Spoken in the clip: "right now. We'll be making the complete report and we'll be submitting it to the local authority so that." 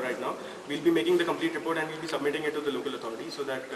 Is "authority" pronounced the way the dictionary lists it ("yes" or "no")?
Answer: no